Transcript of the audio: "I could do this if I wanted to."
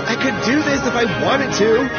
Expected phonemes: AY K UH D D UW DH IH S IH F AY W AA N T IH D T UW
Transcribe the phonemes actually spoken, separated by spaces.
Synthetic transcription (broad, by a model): AY K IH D D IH DH IH S IH F AY W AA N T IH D T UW